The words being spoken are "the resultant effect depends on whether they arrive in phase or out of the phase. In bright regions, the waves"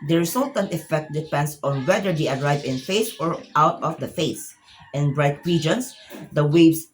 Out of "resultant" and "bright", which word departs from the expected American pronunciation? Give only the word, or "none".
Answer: resultant